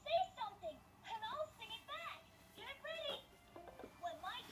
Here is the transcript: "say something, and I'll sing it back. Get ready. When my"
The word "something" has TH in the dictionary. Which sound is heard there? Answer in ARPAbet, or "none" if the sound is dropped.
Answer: TH